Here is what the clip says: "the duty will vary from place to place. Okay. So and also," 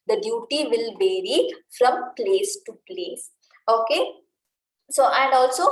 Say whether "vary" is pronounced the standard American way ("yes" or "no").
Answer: yes